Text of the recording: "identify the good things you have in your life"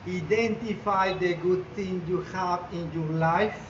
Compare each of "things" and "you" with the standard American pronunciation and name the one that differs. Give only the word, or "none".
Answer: things